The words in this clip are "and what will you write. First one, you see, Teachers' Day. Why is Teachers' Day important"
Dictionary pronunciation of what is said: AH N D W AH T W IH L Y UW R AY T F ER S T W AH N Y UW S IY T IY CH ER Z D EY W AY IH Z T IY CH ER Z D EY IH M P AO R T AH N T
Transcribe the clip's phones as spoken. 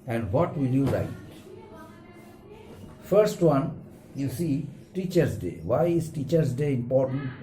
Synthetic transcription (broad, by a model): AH N D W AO T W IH L Y UW L AY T F ER S T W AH N Y UW S IY T IY CH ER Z D EY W AY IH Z T IY CH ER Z D EY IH M P AO R T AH N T